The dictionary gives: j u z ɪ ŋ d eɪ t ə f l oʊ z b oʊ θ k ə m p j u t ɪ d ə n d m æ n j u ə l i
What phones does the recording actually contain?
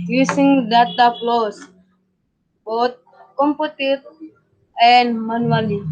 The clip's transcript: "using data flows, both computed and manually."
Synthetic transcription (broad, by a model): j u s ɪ ŋ d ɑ t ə p l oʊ s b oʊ t k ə m p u t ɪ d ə n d m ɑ n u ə l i